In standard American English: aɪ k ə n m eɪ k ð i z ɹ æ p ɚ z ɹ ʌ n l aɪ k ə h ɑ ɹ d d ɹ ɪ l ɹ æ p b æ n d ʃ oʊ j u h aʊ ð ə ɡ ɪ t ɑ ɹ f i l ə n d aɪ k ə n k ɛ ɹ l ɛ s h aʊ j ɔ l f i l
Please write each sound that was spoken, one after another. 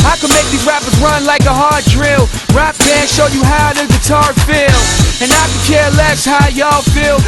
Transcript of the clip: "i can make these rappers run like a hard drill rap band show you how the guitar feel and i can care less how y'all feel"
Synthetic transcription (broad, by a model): aɪ k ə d m eɪ k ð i ɹ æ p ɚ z ɹ ʌ n l aɪ k ə h ɑ ɹ d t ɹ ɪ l ɹ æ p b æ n ʃ oʊ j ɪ h aʊ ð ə ɡ ɪ t ɑ ɹ f i l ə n aɪ k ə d k ɛ ɹ l ɛ s h aʊ j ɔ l f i l